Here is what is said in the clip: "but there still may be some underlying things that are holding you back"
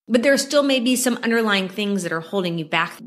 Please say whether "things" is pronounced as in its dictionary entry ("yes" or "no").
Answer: yes